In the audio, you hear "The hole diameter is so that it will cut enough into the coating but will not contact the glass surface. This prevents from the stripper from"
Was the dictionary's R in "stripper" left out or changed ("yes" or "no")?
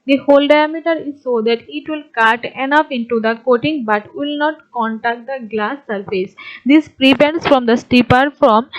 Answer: yes